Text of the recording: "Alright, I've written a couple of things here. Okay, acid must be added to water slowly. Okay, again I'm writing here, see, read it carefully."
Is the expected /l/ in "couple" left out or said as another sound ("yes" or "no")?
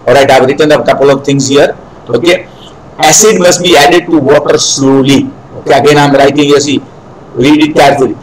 no